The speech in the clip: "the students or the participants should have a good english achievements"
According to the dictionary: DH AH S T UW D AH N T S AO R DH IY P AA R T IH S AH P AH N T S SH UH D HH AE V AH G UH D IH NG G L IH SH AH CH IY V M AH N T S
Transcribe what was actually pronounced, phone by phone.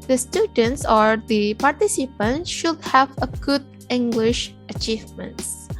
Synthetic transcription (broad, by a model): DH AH S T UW D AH N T S AO R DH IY P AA R T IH S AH P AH N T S SH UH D HH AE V AH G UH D IH NG G L IH SH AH CH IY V M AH N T S